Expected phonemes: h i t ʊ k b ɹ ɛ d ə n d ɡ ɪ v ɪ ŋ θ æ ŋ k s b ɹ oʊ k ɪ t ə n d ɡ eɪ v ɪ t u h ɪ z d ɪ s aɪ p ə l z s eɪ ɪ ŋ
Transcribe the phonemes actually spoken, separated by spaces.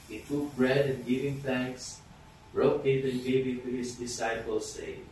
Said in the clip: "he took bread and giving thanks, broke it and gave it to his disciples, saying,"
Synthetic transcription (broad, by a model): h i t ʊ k b ɹ ɛ d ə n d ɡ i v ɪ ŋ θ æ ŋ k s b ɹ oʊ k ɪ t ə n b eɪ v ɪ t u h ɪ s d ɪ s aɪ p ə l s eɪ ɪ